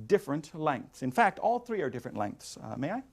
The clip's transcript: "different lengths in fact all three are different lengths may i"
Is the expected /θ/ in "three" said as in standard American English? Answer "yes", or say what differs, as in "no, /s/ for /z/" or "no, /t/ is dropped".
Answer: yes